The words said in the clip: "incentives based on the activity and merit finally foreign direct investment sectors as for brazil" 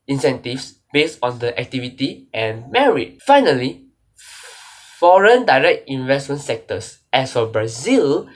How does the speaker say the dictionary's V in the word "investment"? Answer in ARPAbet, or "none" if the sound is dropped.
V